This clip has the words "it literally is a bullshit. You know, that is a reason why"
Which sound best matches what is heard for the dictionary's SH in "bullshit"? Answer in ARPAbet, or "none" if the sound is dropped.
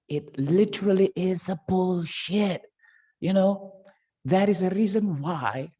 SH